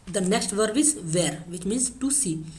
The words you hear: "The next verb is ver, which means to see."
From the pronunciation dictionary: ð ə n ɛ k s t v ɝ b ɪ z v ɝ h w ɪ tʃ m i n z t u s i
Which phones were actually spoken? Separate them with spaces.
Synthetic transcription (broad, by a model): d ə n ɛ k s t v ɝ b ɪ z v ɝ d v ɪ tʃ m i n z t u s i